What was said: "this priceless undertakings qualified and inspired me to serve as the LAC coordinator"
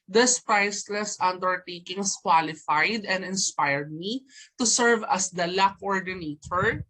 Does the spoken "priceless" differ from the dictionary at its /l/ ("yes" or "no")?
no